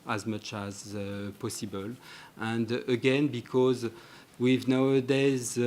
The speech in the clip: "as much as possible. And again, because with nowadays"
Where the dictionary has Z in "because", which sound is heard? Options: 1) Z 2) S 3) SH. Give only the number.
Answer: 1